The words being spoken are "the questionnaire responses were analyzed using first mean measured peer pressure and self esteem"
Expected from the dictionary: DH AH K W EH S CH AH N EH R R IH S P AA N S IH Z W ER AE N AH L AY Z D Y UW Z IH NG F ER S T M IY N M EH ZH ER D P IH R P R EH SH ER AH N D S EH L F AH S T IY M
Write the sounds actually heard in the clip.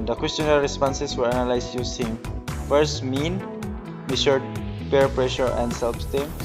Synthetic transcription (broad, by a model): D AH K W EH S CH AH N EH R R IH S P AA N S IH S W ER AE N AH L AY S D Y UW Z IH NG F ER S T M IY N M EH SH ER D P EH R P R EH SH ER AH N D S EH L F S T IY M